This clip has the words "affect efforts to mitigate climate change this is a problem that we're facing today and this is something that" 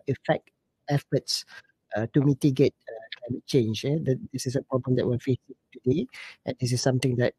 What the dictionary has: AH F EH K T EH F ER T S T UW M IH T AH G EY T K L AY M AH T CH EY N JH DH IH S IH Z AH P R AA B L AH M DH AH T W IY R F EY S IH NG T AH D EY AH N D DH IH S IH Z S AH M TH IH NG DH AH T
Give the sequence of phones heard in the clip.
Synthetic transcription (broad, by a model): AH F EH K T EH F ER T S T UW M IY T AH G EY T K L AY M AH T CH EY N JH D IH S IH S AH P R AA B L AH M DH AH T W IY L F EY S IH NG T AH D EY AH N D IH S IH S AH M T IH NG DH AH T